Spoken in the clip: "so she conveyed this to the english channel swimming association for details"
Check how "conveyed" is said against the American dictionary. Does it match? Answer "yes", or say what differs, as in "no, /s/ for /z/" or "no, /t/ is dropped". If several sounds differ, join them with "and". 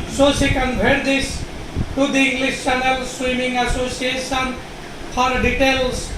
no, /b/ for /v/